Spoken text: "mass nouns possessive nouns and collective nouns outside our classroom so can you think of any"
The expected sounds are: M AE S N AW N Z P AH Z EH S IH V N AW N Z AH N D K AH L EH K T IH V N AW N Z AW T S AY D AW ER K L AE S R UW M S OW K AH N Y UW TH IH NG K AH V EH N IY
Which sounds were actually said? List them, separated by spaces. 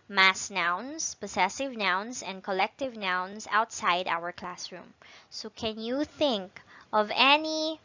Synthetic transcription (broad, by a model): M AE S N AW N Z P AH S EH S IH V N AW N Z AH N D K AH L EH K T IH V N AW N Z AW T S AY D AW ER K L AE S R UW M S OW K AH N Y UW TH IH NG K AH V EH N IY